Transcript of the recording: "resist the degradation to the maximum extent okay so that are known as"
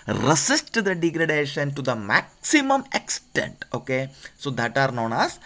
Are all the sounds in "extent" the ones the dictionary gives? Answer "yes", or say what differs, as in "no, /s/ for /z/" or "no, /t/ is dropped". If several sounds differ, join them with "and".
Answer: yes